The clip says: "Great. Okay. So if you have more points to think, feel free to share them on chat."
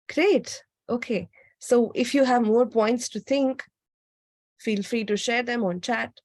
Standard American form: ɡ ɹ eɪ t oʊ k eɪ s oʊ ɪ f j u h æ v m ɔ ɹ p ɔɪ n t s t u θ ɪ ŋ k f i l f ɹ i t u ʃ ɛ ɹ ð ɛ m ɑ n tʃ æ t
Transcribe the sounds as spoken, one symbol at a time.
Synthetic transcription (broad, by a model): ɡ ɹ eɪ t oʊ k eɪ s oʊ ɪ f j u h æ v m ɔ ɹ p ɔɪ n t s t u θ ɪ ŋ k f i l f ɹ i t u ʃ ɛ ɹ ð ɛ m ɑ n tʃ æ t